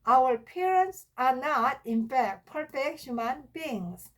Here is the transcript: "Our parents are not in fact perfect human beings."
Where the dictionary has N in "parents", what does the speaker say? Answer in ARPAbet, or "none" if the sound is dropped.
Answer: N